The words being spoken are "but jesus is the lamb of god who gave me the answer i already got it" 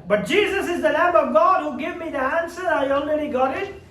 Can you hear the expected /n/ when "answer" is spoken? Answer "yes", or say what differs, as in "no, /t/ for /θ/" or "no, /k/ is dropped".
yes